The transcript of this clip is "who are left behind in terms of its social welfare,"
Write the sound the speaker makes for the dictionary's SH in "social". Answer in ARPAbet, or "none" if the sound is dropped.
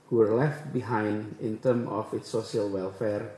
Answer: none